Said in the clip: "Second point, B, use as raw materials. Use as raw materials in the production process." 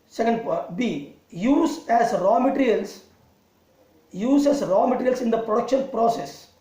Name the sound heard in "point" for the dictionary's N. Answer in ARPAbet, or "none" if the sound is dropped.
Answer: none